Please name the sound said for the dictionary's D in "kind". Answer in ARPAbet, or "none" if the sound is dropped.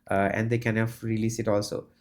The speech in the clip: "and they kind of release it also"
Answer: none